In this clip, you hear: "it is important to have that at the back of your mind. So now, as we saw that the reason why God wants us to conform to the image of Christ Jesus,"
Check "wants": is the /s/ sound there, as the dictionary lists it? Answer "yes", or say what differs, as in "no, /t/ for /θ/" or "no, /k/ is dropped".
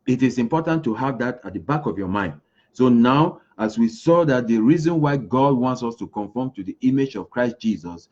yes